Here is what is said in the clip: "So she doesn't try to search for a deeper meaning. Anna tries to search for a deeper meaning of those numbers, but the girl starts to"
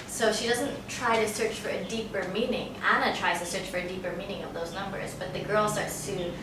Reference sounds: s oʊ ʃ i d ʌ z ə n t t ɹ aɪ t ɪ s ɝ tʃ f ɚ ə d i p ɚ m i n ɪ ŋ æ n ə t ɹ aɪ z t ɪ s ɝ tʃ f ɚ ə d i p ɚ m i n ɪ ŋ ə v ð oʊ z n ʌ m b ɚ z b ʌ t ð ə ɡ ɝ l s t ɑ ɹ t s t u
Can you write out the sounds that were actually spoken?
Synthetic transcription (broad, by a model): s oʊ ʃ i d ʌ z ə n t t ɹ aɪ t ɪ s ɝ tʃ f ɚ ə d i p ɚ m i n ɪ ŋ æ n ə t ɹ aɪ z t ɪ s ɝ tʃ f ɚ ə d i p ɚ m i n ɪ ŋ ə v ð oʊ z n ʌ m b ɚ z b ʌ t ð ə ɡ ɝ l s t ɑ ɹ t s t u